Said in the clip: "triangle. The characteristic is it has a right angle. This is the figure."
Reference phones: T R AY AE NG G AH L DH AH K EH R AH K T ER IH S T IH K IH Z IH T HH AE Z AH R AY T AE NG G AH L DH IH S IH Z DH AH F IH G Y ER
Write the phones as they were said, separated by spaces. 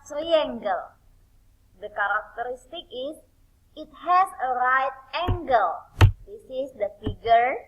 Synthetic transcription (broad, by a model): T R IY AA NG G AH L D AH K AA R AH K T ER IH S T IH K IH S IH T HH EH S AH R AY T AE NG G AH L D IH S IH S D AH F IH G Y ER